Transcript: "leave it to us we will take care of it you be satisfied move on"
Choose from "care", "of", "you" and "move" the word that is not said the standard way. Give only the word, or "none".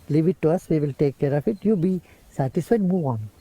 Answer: of